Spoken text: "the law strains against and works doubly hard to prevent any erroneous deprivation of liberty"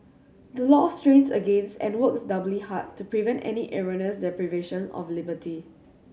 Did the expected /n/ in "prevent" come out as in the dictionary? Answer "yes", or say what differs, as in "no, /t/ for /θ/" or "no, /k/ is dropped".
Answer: yes